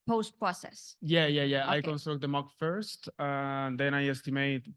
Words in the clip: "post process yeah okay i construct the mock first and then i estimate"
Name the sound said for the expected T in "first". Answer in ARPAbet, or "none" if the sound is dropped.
T